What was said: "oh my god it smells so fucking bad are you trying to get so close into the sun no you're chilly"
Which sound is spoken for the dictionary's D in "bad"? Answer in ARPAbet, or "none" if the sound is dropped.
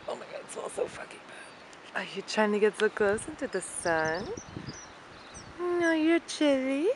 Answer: none